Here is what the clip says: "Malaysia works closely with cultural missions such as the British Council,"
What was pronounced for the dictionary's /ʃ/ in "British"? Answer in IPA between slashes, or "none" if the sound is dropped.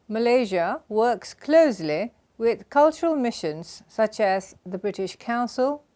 /ʃ/